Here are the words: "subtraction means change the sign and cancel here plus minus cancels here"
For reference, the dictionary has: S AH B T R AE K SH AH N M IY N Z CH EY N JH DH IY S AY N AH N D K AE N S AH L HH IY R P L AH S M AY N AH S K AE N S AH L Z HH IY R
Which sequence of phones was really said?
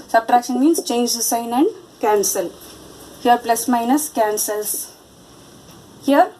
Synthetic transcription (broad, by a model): S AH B T R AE K SH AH N M IY N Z CH EY N JH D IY S AY N AH N D K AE N S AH L HH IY R P L AH S M AY N AH S K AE N S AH L S HH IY R